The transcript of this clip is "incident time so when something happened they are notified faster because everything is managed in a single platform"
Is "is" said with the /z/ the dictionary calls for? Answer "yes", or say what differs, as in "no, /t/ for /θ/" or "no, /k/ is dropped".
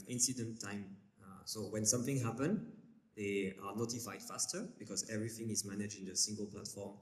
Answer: yes